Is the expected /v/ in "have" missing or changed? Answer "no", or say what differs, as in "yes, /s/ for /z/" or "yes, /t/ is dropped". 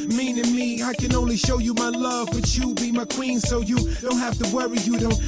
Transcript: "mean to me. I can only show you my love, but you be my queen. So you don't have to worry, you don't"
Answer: yes, /f/ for /v/